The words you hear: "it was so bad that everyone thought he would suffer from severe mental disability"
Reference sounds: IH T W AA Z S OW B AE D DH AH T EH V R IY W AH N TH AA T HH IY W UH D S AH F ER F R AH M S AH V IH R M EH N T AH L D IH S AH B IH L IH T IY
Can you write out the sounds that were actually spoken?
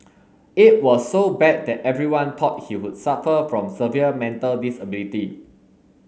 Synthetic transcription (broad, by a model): IH T W AA S OW B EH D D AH T EH V R IY W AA N T AA T HH IY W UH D S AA F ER F R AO M S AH V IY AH M EH N T AH L D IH S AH B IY L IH T IY